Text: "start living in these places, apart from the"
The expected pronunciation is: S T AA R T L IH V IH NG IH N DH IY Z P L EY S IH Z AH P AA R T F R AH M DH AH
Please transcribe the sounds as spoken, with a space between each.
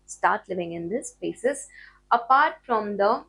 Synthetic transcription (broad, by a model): S T AA R T L IH V IH NG IH N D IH S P EY S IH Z AH P AA R T F R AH M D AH